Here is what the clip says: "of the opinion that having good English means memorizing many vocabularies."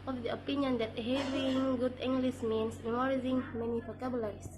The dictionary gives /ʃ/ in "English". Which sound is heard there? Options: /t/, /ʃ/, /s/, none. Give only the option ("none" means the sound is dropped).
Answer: /s/